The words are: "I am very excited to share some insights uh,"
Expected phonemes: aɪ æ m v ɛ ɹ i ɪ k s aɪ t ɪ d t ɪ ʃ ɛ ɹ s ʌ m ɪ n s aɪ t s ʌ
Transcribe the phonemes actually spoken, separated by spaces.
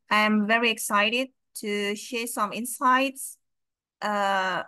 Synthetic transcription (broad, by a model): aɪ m v ɛ ɹ i ɪ k s aɪ t ɪ d t ɪ ʃ ɛ ɹ s ʌ m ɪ n s aɪ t s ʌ